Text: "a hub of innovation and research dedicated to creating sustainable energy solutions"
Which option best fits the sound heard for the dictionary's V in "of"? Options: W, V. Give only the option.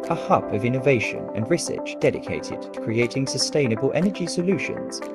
V